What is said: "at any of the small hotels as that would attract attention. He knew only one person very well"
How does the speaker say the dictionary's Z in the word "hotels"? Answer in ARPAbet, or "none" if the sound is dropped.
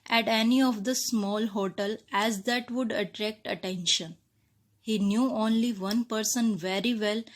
none